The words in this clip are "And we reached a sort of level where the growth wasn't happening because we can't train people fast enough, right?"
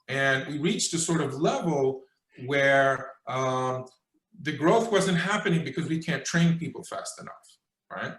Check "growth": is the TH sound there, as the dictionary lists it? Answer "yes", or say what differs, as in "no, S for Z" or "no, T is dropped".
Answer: yes